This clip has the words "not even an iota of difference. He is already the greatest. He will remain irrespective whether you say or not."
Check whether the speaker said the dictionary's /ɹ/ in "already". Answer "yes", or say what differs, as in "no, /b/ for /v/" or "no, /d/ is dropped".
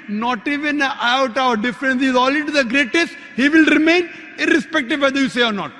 no, /l/ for /ɹ/